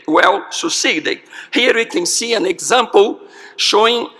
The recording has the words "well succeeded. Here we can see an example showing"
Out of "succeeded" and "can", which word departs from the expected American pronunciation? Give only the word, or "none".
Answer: succeeded